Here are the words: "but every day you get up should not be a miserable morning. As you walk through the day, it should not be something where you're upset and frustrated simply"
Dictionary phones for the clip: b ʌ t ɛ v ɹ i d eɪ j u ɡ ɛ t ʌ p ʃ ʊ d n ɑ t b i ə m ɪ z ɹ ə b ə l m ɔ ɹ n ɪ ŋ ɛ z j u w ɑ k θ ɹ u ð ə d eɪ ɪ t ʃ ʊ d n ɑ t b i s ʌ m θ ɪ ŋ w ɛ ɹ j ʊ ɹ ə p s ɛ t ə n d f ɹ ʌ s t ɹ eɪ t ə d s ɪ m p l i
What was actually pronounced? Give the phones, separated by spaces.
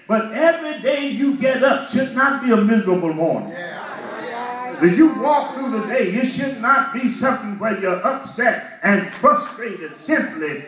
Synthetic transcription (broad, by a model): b ʌ t ɛ v ɹ i d eɪ j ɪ ɡ ɛ t ʌ p ʃ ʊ d n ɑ t b i ə m ɪ z ɹ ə b l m ɔ ɹ n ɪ ŋ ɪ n j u w ɑ k θ ɹ u ð ə d eɪ ɪ t ʃ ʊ d n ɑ t b i s ʌ m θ ɪ ŋ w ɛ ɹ j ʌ ɹ ə p s ɛ t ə n f ɹ ʌ s t ɹ eɪ t ə d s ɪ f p l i